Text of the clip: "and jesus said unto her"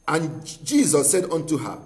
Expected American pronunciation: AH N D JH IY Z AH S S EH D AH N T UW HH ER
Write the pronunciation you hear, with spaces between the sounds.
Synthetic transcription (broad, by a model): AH N JH IY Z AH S S EH D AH N T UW HH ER